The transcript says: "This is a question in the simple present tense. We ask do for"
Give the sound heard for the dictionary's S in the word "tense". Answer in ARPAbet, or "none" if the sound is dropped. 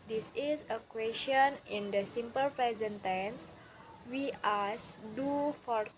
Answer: S